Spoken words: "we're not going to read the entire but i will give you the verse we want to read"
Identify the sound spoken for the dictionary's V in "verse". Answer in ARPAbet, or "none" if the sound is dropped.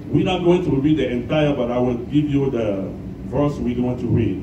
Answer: V